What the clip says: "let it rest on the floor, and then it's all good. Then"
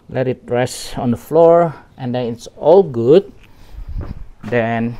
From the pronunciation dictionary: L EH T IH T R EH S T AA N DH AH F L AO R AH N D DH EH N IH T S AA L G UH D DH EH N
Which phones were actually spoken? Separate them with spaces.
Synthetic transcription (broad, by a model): L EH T IH T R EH S AA N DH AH F L AO R AH N D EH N IH T S AA L G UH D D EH N